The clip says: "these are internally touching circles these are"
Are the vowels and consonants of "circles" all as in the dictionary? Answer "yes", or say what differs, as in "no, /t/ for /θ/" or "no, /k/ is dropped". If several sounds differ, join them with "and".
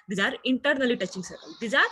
no, /k/ is dropped